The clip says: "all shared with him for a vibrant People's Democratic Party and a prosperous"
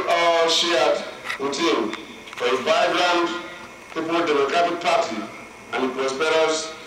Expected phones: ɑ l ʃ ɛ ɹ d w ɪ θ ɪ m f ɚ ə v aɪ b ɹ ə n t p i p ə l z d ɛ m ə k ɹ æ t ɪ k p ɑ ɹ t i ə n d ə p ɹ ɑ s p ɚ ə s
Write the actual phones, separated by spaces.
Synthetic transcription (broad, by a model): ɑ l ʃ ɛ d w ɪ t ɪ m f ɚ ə b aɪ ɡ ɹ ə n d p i p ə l d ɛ m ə k ɹ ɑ t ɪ k p ɑ t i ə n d ə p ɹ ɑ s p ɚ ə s